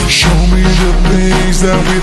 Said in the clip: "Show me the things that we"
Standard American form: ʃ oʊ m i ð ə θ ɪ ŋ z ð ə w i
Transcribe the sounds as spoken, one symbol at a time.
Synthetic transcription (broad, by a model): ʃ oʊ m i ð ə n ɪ z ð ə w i